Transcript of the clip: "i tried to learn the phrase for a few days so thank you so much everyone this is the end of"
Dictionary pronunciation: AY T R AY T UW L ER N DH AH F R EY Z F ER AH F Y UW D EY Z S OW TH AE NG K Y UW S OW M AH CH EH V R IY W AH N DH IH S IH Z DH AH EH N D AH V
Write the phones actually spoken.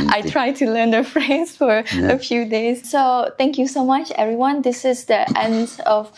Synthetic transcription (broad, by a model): AY T R AY T UW L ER N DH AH F R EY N F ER AH F Y UW D EY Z S OW T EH NG K Y UW S OW M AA CH EH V R IY W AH N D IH S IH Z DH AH EH N D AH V